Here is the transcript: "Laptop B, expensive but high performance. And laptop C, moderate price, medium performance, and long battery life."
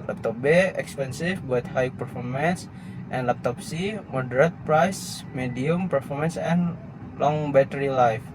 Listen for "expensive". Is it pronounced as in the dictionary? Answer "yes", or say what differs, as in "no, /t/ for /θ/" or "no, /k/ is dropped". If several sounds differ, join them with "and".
no, /f/ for /v/